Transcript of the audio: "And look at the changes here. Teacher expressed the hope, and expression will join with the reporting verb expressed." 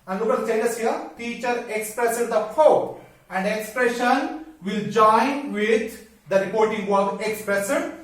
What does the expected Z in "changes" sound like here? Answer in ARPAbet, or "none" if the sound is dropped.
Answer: S